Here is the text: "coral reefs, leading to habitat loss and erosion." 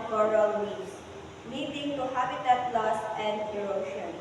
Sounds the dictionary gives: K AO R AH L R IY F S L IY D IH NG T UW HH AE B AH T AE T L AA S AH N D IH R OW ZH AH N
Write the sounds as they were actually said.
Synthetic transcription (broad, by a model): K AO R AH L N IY S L IY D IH NG T UW HH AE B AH T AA T L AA S AH N D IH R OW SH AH N